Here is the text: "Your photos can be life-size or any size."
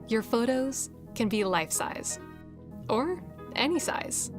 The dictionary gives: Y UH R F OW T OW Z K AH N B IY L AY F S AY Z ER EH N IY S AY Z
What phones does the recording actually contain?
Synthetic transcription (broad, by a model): Y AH R F OW T OW Z K AH N B IY L AY F S AY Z ER EH N IY S AY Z